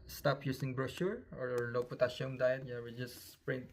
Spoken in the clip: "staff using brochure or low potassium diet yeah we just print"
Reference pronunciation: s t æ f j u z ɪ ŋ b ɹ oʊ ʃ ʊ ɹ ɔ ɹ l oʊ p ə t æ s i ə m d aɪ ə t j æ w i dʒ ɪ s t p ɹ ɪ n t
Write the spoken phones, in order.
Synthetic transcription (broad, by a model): s t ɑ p j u s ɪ ŋ b ɹ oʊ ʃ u ɹ ɔ ɹ l oʊ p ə t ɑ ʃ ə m d aɪ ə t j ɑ w i dʒ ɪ s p ɹ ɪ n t